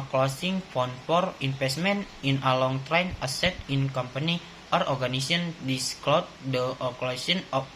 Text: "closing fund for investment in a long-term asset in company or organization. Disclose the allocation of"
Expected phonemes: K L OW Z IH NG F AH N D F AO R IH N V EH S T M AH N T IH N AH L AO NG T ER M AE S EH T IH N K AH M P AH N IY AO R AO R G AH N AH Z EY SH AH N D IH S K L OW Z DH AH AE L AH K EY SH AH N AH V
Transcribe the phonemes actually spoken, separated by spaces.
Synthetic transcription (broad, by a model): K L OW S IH NG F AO N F AO R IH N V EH S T M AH N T IH N AH L AO NG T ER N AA S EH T IH N K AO M P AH N IY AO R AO R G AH N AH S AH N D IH S K L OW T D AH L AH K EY S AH N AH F